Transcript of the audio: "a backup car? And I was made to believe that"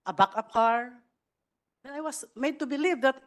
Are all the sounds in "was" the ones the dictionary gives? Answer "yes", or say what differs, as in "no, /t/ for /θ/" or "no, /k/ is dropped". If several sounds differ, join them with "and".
no, /s/ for /z/